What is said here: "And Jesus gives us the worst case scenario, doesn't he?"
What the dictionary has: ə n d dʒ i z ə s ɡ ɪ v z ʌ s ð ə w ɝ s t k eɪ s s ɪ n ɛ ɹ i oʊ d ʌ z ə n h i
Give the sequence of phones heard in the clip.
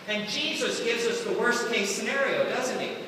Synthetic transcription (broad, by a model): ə n dʒ i z ə s ɡ ɪ v z ʌ s ð ə w ɝ s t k eɪ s s ɪ n ɛ ɹ i oʊ d ʌ z ə n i